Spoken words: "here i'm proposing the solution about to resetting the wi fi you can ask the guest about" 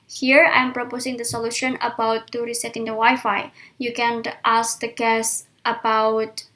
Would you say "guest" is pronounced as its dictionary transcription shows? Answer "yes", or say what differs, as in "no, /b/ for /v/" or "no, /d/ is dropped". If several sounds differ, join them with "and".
yes